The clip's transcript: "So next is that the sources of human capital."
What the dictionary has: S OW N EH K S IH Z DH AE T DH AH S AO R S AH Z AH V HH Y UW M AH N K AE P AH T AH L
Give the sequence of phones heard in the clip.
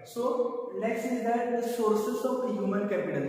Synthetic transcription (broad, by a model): S OW L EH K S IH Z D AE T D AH S AO R S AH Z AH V HH Y UW M AH N K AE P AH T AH L